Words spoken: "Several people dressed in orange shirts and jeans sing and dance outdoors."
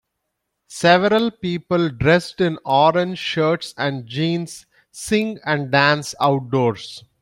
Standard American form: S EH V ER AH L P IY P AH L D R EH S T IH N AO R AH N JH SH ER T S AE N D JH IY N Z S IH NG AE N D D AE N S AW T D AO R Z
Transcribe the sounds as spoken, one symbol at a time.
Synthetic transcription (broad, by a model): S EH V ER AH L P IY P AH L D R EH S T IH N AO R AH N JH SH ER T S AE N D JH IY N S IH NG AE N D D AE N S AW T D AO R S